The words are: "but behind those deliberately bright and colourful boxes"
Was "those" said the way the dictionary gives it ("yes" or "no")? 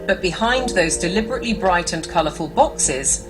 yes